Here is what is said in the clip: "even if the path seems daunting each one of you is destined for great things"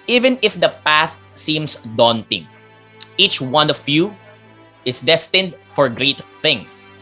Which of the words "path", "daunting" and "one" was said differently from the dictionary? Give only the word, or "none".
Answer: none